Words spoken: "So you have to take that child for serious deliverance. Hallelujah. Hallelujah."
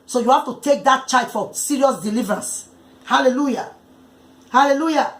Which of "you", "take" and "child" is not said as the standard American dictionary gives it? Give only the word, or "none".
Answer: child